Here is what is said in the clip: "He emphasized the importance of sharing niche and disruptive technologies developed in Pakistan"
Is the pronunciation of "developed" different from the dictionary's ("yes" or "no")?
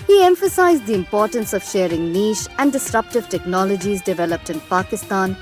no